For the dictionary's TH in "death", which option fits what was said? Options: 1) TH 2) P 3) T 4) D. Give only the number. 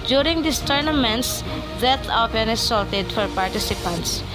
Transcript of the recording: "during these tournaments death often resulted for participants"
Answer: 3